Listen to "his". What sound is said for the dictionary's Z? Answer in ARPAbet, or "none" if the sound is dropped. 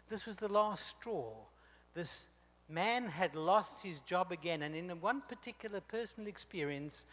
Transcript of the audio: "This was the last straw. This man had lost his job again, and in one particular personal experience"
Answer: Z